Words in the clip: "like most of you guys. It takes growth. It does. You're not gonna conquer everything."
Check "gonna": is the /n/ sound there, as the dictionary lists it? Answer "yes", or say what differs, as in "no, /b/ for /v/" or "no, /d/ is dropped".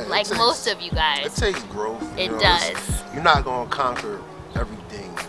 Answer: no, /n/ is dropped